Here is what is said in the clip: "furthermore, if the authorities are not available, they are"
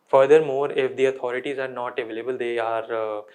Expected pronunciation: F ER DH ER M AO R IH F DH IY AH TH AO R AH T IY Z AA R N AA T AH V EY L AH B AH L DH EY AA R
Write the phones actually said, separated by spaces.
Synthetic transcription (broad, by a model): F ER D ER M AO R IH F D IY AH T AO R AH T IY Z AA R N AA T AH V EY L AH B AH L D EY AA R